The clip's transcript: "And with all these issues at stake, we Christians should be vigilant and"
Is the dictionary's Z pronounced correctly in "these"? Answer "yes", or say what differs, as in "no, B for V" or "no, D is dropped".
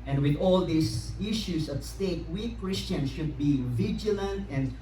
no, S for Z